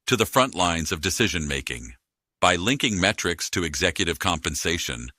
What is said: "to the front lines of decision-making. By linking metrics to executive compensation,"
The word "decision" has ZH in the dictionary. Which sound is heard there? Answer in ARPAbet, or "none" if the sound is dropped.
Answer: ZH